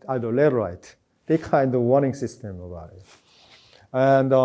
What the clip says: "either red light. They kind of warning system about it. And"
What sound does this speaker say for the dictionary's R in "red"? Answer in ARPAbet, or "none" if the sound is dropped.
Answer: L